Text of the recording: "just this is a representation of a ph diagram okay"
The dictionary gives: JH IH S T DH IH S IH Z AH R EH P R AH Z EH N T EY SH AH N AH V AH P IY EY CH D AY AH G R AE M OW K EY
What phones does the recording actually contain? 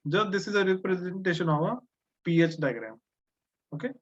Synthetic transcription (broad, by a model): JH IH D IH S IH Z AH R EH P R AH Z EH N T EY SH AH N AH V AH P IY EY CH D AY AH G R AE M OW K EY